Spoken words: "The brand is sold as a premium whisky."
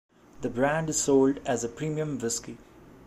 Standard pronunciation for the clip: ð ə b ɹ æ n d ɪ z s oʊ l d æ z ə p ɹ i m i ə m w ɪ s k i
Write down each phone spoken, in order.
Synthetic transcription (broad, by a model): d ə b ɹ æ n d ɪ z s oʊ l d æ z ə p ɹ i m i ə m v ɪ s k i